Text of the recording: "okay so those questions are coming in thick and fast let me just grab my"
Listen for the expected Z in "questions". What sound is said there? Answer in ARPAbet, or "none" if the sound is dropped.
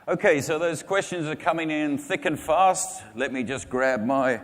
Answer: Z